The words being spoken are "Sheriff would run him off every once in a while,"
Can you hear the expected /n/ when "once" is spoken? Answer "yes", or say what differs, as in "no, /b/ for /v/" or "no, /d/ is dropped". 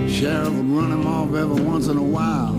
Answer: yes